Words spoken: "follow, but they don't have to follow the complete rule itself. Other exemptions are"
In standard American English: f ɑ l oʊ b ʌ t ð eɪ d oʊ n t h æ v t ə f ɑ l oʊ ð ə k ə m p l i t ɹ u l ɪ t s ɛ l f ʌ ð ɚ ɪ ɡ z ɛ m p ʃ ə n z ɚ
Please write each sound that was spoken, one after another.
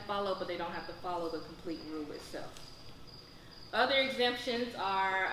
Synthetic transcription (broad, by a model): f ɑ l oʊ b ʌ t ð eɪ d oʊ n t h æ f t ə f ɑ l oʊ ð ə k m p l i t ɹ u l ɪ t s ɛ l f ʌ ð ɚ ɪ ɡ z ɛ m p ʃ ə n z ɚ